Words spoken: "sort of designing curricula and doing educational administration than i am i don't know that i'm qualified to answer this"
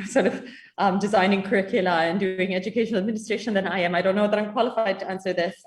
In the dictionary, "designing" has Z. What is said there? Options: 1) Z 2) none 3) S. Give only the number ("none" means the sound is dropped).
1